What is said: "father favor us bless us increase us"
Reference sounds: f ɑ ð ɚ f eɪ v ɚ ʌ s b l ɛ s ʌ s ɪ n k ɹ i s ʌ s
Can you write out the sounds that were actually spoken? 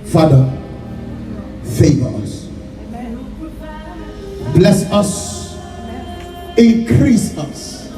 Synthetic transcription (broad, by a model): f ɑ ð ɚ f eɪ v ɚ ʌ s b l ɛ s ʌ s ɪ n k ɹ i s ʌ s